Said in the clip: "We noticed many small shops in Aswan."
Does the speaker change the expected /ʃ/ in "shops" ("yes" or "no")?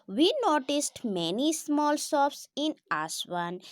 yes